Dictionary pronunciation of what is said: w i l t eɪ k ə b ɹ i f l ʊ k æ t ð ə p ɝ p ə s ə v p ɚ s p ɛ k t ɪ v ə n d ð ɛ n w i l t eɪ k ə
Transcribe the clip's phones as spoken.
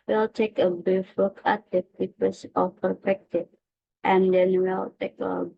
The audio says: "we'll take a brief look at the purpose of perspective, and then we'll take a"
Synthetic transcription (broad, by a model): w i l t eɪ k ə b i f w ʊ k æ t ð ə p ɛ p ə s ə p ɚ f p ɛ k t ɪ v ə n d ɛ n w i l t eɪ k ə